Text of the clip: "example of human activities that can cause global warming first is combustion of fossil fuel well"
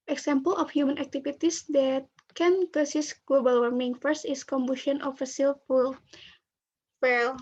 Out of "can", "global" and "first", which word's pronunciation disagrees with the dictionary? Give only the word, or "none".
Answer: none